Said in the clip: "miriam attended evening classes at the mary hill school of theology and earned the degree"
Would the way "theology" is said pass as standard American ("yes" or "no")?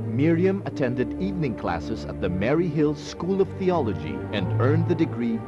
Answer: yes